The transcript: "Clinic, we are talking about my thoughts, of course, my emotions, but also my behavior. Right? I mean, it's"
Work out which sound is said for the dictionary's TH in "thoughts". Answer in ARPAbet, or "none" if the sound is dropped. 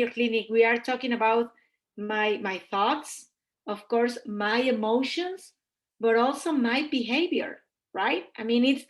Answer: TH